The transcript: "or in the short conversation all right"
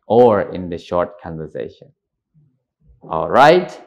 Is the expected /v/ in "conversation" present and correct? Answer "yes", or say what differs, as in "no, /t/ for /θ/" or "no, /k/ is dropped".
yes